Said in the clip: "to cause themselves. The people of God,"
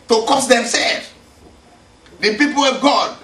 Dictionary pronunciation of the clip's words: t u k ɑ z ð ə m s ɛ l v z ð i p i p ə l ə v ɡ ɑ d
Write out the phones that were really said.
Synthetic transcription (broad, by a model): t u k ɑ s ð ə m s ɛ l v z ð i p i p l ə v ɡ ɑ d